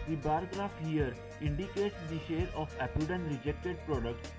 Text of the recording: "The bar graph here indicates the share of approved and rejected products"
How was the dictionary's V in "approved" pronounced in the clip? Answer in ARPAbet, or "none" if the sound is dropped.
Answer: none